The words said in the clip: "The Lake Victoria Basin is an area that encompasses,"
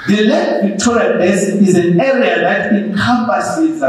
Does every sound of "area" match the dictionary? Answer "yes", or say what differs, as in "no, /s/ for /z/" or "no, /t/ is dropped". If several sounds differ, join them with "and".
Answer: yes